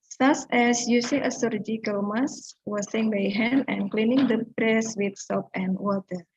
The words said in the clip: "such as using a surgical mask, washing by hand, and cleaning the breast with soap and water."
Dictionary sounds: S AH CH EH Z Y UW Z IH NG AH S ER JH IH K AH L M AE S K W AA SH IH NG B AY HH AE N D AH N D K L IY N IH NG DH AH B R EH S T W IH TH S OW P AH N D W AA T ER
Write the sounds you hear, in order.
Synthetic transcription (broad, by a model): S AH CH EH S Y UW S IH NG AH S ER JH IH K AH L M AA S W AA S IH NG B AY HH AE N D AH N K L IY N IH NG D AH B R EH S W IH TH S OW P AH N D W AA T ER